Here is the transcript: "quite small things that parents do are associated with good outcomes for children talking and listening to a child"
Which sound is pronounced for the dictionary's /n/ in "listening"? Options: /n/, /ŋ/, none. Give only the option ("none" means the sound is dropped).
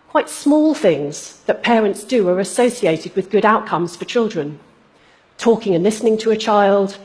/n/